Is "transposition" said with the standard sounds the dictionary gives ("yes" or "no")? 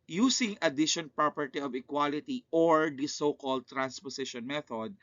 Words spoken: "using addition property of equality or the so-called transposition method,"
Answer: no